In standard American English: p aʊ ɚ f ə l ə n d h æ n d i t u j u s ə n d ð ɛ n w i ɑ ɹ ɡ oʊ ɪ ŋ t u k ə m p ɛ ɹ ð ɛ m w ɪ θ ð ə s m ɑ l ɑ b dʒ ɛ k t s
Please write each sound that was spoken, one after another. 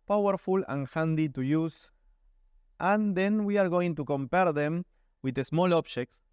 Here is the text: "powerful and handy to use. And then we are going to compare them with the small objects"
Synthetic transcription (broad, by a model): p aʊ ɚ f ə l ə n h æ n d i t u j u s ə n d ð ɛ n w i ɑ ɹ ɡ oʊ ɪ ŋ t u k ə m p ɛ ɹ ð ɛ m w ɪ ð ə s m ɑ l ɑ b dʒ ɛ k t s